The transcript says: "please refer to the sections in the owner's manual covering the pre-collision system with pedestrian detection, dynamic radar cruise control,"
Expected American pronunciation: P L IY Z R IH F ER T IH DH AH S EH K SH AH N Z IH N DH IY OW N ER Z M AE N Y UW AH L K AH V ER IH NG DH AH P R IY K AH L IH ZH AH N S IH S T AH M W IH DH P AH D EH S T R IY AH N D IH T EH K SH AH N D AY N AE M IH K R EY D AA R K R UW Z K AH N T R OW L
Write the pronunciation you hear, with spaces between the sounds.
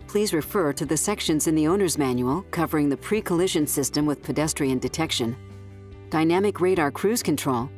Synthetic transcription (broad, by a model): P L IY Z R IH F ER T IH DH AH S EH K SH AH N Z IH N DH IY OW N ER Z M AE N Y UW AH L K AH V ER IH NG DH AH P R IY K AH L IH ZH AH N S IH S T AH M W IH DH P AH D EH S T R IY AH N D IH T EH K SH AH N D AY N AE M IH K R EY D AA R K R UW Z K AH N T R OW L